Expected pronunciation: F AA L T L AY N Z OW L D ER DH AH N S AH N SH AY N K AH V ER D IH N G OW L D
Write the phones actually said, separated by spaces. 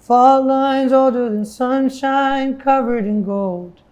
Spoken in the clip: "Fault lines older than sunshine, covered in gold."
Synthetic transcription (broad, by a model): F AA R L AY N Z OW L D ER DH AH N S AH N SH AY N K AH V ER D IH N G OW L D